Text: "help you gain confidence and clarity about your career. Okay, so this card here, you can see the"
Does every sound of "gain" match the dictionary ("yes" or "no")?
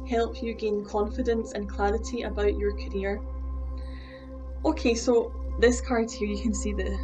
yes